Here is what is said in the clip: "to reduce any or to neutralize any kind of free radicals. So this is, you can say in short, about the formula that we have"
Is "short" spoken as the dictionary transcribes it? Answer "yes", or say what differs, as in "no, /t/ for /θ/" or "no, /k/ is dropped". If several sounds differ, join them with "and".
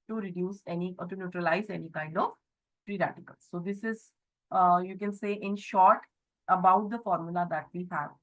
yes